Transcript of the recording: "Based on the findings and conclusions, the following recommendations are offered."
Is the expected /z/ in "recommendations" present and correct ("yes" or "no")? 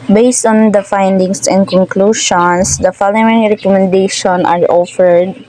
no